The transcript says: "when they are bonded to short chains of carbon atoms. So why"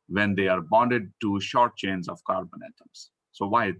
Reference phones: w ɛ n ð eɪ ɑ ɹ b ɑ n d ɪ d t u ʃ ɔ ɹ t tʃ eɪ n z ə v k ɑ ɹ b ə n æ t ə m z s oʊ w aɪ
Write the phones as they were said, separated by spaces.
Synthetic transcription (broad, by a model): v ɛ n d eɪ ɑ ɹ b ɑ n d ɪ d t u ʃ ɔ ɹ t tʃ eɪ n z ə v k ɑ ɹ b ə n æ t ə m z s oʊ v aɪ